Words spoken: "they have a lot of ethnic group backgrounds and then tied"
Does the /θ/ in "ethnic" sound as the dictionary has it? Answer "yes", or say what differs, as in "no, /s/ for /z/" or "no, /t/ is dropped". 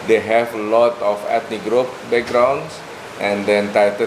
no, /t/ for /θ/